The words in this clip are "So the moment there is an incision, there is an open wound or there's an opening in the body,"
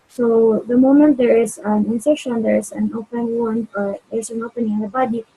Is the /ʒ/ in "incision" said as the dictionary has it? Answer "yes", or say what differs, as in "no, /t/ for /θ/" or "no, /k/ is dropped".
no, /ʃ/ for /ʒ/